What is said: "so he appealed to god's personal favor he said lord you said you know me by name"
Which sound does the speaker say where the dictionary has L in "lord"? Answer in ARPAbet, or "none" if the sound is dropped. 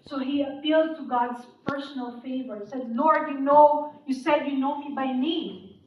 N